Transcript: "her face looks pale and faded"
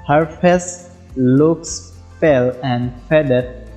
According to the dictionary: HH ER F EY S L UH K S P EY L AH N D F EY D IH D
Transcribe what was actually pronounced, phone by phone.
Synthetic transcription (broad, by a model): HH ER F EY S L UH K S F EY L AH N D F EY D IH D